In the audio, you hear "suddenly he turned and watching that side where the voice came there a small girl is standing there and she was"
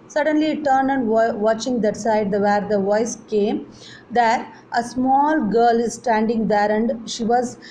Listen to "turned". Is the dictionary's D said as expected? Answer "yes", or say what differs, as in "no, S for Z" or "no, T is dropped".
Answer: no, D is dropped